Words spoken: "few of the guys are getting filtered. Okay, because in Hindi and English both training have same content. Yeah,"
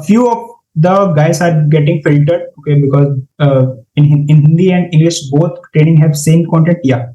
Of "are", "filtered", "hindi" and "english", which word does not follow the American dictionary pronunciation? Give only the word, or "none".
none